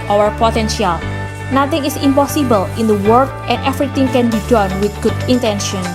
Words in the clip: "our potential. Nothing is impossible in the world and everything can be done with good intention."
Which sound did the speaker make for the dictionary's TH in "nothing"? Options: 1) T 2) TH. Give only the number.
1